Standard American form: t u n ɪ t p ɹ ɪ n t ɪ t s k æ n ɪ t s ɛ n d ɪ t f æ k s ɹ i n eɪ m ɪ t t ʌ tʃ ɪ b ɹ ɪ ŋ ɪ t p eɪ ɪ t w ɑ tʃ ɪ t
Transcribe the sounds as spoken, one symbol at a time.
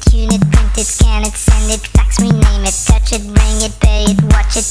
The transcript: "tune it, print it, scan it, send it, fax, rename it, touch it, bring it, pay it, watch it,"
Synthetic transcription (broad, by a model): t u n ɪ t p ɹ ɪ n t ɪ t s k æ n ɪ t s ɛ n d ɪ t f æ k s ɹ i n eɪ m ɪ t t ʌ tʃ ɪ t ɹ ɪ ŋ ɪ t b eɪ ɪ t w ɑ tʃ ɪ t